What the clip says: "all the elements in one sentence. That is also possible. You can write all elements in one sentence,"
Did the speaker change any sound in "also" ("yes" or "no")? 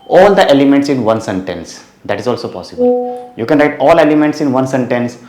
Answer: no